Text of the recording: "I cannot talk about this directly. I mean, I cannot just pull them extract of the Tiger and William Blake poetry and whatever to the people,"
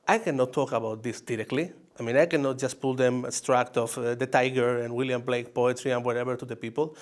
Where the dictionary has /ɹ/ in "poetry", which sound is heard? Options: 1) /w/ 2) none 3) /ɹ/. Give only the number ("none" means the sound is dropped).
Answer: 3